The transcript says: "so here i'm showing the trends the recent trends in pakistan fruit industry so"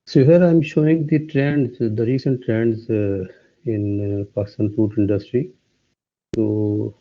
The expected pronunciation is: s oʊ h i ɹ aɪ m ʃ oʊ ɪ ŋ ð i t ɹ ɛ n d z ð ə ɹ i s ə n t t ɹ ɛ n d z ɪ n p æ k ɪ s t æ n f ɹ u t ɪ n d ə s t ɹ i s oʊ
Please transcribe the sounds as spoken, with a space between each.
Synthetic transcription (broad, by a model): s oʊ h i ɹ aɪ m ʃ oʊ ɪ ŋ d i t ɹ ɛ n d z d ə ɹ i s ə n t t ɹ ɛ n d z ɪ n p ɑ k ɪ s t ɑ n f u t ɪ n d ə s t ɹ i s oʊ